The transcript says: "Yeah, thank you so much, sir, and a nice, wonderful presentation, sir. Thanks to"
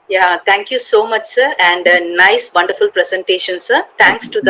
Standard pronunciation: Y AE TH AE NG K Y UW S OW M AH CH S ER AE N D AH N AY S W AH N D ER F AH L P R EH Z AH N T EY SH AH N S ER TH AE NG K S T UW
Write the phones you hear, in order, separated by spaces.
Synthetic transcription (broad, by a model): Y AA T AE NG K Y UW S OW M AH CH S ER AE N D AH N AY S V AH N D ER F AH L P R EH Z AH N T EY SH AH N S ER T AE NG K S T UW